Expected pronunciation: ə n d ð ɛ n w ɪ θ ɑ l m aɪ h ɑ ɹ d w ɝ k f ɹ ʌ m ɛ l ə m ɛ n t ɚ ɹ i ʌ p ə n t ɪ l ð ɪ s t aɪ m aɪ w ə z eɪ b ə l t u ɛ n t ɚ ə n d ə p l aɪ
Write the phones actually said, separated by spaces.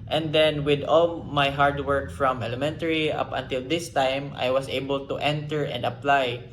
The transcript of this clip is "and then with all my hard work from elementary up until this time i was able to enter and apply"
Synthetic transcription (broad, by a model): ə n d ɛ n w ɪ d ɑ l m aɪ h ɑ ɹ d w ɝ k f ɹ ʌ m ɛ l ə m ɛ n t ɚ ɹ i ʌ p ə n t ɪ l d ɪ s t aɪ m aɪ w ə s eɪ b ə l t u ɛ n t ɚ ə n d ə p l aɪ